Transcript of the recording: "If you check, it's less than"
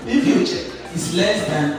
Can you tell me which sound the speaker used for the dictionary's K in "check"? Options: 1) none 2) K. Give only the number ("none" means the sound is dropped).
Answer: 1